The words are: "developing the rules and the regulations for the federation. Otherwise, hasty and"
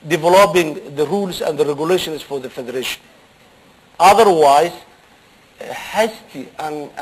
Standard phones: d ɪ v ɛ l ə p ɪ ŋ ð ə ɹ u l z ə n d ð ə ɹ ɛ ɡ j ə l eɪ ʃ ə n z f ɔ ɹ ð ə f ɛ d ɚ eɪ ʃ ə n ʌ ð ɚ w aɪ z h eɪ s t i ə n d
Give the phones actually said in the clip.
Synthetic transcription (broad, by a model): d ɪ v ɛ l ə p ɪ ŋ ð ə ɹ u l s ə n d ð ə ɹ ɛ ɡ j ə l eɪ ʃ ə n s f ɔ ɹ ð ə f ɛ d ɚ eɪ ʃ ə n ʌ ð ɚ w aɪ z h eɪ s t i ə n